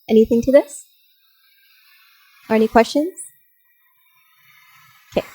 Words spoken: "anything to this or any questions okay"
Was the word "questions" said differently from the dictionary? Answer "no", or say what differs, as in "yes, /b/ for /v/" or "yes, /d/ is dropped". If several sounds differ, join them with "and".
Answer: no